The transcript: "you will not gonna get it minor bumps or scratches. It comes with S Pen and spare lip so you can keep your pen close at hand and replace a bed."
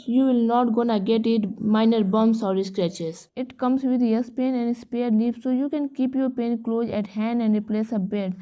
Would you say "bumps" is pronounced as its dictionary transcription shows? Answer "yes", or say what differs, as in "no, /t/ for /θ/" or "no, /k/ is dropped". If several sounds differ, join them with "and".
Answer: no, /p/ is dropped